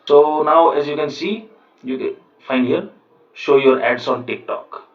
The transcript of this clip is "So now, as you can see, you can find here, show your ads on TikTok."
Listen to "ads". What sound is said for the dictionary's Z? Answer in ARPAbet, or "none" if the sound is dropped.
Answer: S